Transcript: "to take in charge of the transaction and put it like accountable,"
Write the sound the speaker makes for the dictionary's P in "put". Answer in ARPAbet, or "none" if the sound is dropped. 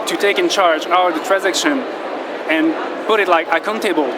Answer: P